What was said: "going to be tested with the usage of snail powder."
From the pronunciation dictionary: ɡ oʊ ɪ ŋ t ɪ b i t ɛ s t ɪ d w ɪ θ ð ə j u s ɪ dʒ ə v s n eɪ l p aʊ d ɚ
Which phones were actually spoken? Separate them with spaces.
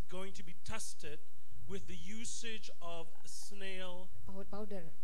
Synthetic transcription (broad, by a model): ɡ oʊ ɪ ŋ t ɪ b i t ɛ s t ɪ d w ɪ ð ə j u s ɪ dʒ ə v s n eɪ l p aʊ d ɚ